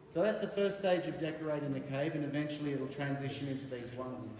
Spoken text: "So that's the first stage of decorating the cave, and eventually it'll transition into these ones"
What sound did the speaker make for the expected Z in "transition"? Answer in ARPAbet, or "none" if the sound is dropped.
Z